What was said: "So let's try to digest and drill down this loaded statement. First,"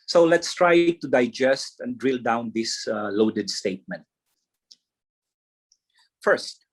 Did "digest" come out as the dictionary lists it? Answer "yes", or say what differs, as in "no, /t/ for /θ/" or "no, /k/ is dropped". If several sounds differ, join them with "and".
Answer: yes